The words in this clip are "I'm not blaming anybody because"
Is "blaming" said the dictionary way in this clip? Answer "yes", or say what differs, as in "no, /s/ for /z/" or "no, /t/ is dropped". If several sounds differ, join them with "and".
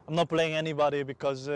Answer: no, /m/ is dropped